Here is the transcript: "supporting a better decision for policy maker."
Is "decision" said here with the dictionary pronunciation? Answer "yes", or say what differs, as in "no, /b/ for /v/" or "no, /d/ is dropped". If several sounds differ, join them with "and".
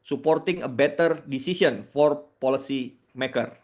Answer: no, /s/ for /ʒ/